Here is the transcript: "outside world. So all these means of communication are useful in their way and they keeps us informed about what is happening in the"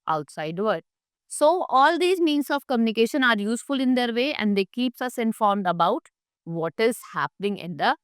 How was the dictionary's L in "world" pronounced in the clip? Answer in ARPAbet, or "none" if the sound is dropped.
none